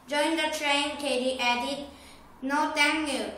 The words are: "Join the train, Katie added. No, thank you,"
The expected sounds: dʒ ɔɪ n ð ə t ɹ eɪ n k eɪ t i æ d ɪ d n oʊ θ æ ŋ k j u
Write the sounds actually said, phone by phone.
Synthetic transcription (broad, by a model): dʒ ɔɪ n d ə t ɹ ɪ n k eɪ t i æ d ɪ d n oʊ t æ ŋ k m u